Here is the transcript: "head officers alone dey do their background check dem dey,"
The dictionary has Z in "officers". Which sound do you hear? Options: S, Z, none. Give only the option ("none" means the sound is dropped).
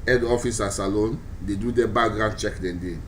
S